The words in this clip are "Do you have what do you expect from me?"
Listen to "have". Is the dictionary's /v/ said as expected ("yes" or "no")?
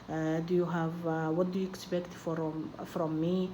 yes